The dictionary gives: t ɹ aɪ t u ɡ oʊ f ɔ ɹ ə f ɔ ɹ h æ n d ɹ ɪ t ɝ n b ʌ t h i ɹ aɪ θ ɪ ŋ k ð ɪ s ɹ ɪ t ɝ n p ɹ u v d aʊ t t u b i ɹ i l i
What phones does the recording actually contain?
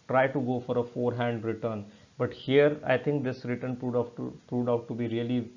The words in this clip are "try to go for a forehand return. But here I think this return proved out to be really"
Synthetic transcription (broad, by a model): t ɹ aɪ t u ɡ oʊ f ɔ ɹ ə f ɔ ɹ h æ n d ɹ ɪ t ɝ n b ʌ t h i ɹ aɪ t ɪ ŋ k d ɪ s ɹ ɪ t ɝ n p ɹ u p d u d t u b i ɹ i l i